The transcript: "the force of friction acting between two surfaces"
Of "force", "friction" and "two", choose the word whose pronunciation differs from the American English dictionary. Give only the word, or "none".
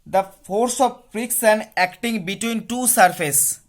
friction